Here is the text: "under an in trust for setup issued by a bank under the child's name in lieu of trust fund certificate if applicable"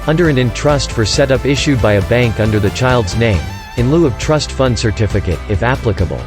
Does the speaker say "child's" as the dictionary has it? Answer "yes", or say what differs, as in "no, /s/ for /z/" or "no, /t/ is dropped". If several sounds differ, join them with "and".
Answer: yes